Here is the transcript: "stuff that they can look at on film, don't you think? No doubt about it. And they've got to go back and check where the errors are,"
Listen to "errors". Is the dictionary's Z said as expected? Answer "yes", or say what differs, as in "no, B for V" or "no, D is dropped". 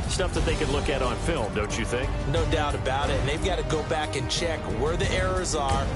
yes